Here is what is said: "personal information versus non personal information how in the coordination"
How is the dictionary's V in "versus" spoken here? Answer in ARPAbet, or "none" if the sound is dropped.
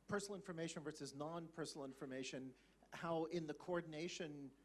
V